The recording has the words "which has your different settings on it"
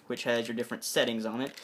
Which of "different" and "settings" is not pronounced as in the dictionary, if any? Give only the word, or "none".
none